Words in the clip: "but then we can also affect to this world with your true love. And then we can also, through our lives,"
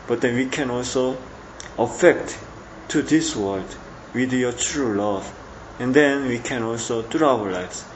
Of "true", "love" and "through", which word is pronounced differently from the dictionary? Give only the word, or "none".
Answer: through